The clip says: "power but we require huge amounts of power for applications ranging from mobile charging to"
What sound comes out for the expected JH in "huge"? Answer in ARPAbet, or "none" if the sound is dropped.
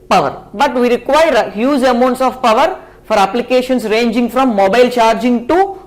Z